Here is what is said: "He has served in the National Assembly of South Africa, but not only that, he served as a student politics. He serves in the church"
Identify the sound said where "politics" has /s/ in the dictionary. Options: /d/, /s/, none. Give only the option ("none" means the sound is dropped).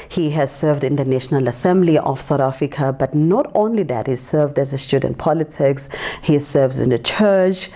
/s/